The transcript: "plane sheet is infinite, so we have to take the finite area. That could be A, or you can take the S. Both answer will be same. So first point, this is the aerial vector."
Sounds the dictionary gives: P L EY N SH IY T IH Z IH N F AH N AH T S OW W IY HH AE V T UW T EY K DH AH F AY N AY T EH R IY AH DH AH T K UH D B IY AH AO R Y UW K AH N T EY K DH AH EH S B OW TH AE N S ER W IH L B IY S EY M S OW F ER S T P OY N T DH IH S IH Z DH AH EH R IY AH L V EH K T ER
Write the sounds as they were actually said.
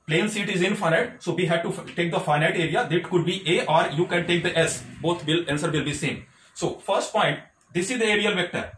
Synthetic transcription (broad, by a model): P L EY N S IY T IH Z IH N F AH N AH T S OW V IY HH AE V T UW T EY K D AH F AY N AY T EH R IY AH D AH T K UH D B IY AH AO R Y UW K AH N T EY K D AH EH S B OW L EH N S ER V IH L B IY S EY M S OW F ER S T P OY N T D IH S IH Z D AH EH R IY AH L V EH K T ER